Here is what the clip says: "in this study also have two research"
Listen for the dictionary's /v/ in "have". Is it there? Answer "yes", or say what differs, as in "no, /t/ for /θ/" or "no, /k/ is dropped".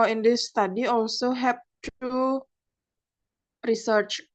no, /p/ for /v/